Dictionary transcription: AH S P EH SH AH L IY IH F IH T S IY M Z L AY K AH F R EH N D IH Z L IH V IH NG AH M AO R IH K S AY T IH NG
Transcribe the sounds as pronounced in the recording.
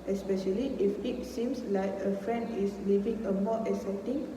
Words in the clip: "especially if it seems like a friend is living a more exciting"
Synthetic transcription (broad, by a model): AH S P EH SH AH L IY IH F IH T S IY M S L AY K AH F R EH N D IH S L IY V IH NG AH M AO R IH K S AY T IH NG